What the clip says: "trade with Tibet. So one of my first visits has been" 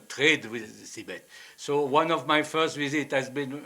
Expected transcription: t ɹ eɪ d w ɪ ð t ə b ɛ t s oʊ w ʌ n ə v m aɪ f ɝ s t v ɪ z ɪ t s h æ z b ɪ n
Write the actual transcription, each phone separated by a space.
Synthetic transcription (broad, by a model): t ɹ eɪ d w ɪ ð s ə b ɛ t s oʊ w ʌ n ə v m aɪ f ɝ s t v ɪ z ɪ t h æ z b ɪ n